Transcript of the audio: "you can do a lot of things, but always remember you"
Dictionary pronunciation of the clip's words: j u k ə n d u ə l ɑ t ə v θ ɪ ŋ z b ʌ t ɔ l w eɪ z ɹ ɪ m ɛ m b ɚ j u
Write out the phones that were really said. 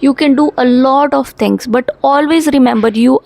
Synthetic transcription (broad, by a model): j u k ə n d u ə l ɑ t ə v t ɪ ŋ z b ʌ t ɔ l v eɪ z ɹ ɪ m ɛ m b ɚ j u